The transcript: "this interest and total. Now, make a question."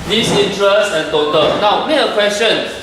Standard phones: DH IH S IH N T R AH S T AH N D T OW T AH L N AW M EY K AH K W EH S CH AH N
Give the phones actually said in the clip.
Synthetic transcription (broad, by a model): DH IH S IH N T R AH S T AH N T OW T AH N AW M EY AH K W EH S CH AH N